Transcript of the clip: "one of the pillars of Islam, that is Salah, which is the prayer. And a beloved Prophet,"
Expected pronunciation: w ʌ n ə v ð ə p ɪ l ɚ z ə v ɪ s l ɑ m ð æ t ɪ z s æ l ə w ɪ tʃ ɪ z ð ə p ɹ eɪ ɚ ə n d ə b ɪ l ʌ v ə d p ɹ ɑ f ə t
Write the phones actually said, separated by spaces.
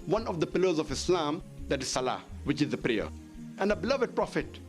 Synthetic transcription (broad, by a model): w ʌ n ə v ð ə p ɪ l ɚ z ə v ɪ s l ɑ m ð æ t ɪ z s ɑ l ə w ɪ tʃ ɪ z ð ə p ɹ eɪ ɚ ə n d ə b ɪ l ʌ v ə d p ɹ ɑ f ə t